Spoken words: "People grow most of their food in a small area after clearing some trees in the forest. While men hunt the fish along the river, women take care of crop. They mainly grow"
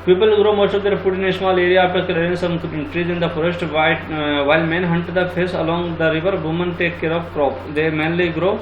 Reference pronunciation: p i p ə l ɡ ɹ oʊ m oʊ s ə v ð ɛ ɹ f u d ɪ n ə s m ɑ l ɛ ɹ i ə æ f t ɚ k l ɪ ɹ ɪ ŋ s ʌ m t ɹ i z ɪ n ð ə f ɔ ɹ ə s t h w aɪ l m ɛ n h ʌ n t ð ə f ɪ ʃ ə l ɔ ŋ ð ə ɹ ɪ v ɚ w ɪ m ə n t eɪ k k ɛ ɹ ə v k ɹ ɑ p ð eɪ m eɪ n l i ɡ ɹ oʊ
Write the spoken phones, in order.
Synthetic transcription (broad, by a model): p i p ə l ɡ ɹ oʊ m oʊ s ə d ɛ ɹ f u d ɪ n ə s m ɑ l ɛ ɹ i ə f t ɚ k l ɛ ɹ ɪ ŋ s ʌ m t ɹ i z ɪ n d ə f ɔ ɹ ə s t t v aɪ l m ɛ n h ʌ n t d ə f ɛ s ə l ɔ ŋ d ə ɹ ɪ v ɚ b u m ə n t eɪ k k ɛ ɹ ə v k ɹ ɑ p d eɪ m eɪ n l i ɡ ɹ oʊ